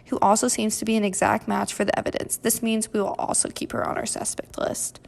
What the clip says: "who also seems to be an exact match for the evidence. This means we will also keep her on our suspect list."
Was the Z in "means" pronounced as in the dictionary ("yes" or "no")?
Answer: yes